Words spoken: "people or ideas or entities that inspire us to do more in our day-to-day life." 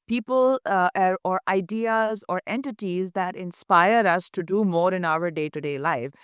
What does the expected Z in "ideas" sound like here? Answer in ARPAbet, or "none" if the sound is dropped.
Z